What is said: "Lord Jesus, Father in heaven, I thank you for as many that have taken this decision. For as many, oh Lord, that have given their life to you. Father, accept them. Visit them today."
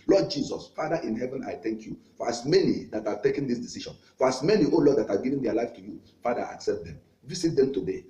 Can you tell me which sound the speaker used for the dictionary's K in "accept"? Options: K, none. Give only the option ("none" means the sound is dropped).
K